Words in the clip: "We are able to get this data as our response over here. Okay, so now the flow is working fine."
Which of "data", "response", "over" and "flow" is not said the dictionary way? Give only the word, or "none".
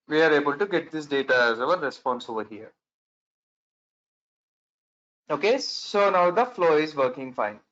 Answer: none